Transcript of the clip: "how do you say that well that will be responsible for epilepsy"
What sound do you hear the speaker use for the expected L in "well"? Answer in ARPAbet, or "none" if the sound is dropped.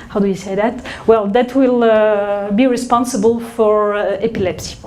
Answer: L